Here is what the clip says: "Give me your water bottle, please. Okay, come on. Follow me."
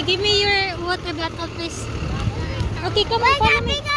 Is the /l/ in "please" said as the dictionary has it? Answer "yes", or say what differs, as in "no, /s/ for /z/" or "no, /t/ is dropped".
no, /l/ is dropped